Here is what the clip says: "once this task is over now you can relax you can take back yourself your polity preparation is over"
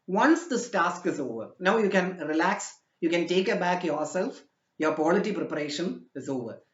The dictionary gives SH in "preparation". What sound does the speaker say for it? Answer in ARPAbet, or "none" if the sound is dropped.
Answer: SH